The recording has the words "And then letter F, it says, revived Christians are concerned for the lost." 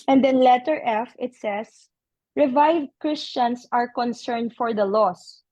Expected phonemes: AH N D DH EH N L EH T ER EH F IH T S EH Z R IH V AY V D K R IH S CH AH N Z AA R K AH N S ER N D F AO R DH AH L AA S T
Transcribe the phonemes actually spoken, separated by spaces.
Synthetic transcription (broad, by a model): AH N D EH N L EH T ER EH F IH T S EH S R IH V AY V D K R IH S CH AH N S AA R K AH N S ER N D F AO R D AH L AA S